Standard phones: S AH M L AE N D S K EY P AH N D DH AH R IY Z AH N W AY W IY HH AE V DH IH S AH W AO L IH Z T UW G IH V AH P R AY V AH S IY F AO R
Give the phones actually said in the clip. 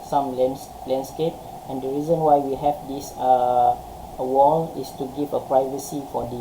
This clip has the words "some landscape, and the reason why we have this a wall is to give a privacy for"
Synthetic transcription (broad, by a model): S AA M L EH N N S K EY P AH N D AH R IY Z AH N W AY W IY HH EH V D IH S AH W AO L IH S T UW G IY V AH P R AY V AH S IY F AO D